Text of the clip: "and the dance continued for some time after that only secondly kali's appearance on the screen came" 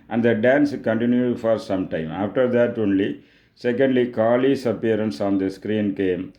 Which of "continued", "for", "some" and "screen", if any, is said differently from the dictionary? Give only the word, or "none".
none